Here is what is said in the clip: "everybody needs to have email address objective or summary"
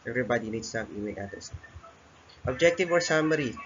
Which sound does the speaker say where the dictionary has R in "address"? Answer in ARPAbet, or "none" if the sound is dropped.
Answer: none